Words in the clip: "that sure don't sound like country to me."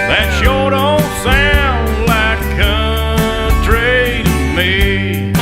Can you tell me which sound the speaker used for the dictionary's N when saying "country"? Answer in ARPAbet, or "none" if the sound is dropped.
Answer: none